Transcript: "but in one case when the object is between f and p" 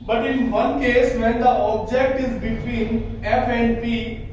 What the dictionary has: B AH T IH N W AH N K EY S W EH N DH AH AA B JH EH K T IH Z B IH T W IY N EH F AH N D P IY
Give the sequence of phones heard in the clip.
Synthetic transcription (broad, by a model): B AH T IH N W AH N K EY S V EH N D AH AA B JH EH K T IH Z B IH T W IY N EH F AH N D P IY